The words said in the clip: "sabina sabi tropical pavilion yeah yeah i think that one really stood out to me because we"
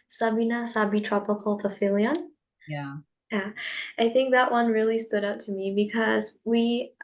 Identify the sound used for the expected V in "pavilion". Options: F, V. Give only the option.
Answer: F